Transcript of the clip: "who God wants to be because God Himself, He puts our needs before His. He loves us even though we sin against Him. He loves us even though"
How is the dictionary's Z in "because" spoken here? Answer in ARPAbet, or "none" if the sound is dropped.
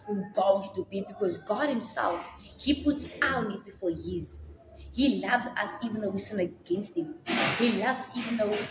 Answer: Z